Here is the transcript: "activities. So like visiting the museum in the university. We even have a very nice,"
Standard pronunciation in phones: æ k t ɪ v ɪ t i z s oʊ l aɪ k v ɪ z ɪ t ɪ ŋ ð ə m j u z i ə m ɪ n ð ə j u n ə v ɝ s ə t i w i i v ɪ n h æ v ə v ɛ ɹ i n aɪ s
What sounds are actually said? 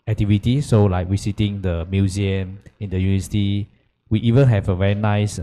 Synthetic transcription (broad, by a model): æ k t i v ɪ t i s oʊ l aɪ k w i s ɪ t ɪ ŋ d ə m j u z i ə m ɪ n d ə j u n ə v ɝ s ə t i w i i v ɪ n h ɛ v ə v ɛ ɹ i n aɪ s